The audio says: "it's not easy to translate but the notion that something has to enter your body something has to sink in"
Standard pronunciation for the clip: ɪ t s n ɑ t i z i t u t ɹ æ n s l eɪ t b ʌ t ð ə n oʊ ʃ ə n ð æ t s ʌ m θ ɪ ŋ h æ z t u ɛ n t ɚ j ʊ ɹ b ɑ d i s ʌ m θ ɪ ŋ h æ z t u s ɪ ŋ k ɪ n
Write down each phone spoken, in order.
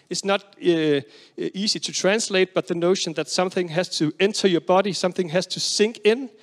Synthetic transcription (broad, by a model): ɪ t s n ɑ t i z i t u t ɹ æ n s l eɪ t b ʌ t ð ə n oʊ ʃ ə n ð æ t s ʌ m θ ɪ ŋ h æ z t u ɛ n t ɚ j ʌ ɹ b ɑ d i s ʌ m θ ɪ ŋ h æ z t u s ɪ ŋ k ɪ n